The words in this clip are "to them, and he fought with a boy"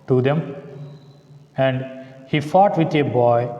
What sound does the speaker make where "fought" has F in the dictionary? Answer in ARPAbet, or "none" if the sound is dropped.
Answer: F